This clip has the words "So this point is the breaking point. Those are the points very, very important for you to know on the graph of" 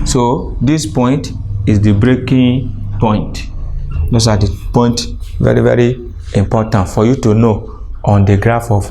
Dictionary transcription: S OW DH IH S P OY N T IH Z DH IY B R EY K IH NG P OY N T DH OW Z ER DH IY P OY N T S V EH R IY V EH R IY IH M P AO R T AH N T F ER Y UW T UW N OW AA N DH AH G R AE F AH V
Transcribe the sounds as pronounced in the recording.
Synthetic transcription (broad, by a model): S OW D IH S P OY N T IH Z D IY B R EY K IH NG P OY N T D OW S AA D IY P OY N T V EH R IY V EH R IY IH M P AO T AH N T F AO Y UW T UW N OW AA N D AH G R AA F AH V